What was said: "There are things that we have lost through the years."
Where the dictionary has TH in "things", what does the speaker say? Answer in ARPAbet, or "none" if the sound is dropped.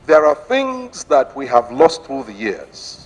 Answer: TH